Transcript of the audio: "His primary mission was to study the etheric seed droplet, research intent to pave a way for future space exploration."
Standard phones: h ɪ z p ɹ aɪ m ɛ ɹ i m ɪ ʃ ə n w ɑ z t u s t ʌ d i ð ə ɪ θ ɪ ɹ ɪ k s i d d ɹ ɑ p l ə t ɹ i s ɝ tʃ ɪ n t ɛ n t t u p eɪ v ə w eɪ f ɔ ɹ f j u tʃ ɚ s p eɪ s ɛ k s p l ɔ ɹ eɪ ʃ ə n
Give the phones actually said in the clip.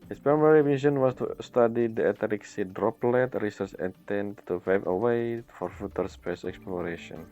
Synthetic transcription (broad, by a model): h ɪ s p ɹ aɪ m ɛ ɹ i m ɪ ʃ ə n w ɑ s t u s t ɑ d i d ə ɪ t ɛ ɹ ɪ k s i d d ɹ ɑ p l ə t ɹ i s ɝ tʃ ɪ t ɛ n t t u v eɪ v ə w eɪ f ɔ ɹ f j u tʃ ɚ s p eɪ s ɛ k s p l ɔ ɹ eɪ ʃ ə n